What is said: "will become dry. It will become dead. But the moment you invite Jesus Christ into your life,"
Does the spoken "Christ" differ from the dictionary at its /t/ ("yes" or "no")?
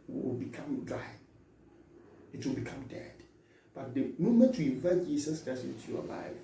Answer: yes